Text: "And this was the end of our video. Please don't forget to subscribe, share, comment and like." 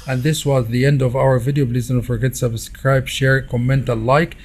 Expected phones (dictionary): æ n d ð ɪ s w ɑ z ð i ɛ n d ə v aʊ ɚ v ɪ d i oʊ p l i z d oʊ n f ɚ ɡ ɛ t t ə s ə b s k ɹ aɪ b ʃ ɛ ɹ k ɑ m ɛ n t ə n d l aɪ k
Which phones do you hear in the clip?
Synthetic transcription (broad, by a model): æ n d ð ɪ s w ɑ z ð i ɛ n d ə v aʊ ɚ v ɪ d i oʊ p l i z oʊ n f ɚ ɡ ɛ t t s ə b s k ɹ aɪ b ʃ ɛ ɹ k ɑ m ɛ n t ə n l aɪ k